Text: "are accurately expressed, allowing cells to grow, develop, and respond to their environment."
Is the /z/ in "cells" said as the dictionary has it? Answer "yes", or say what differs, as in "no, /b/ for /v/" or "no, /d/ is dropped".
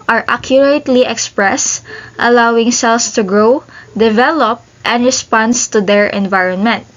no, /s/ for /z/